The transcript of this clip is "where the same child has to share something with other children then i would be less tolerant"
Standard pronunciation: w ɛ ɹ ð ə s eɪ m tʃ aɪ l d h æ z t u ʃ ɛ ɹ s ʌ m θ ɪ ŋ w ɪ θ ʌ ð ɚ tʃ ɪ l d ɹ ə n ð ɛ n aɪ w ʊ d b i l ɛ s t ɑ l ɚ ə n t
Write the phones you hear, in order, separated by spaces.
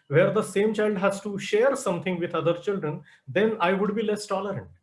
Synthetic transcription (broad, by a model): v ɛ ɹ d ə s eɪ m tʃ aɪ l d h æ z t u ʃ ɛ ɹ s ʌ m t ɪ ŋ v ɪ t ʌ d ɚ tʃ ɪ l d ɹ ə n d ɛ n aɪ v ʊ d b i l ɛ s t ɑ l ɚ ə n t